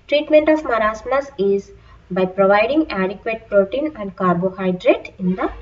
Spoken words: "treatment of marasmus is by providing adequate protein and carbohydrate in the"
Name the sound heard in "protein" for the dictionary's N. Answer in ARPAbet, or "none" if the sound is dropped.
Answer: N